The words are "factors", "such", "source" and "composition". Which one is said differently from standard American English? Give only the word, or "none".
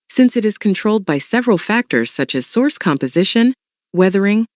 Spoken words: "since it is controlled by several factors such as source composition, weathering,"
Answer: none